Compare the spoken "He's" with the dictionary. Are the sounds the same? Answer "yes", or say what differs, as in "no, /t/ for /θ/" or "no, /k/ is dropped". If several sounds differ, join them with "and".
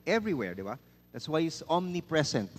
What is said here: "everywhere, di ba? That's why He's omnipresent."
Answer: no, /s/ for /z/